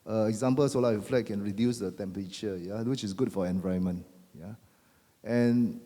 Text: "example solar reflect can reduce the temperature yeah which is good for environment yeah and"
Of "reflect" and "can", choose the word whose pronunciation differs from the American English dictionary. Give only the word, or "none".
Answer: reflect